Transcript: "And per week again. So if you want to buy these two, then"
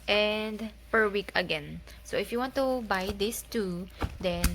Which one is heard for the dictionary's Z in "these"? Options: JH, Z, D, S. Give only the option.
S